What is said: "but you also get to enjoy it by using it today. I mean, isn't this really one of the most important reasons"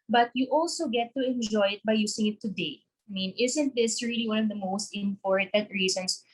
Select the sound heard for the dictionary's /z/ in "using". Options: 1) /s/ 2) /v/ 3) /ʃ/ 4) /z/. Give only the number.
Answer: 1